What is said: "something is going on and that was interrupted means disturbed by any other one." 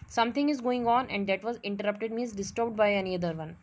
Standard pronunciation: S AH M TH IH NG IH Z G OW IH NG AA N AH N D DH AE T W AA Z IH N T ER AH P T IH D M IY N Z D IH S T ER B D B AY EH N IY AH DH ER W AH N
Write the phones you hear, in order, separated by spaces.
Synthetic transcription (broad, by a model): S AH M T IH NG IH Z G OW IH NG AA N AH N D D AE T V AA Z IH N T ER AH P T IH D M IY Z D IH S T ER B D B AY EH N IY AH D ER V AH N